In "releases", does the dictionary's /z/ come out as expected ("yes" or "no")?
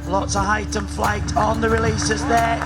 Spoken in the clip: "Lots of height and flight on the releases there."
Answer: yes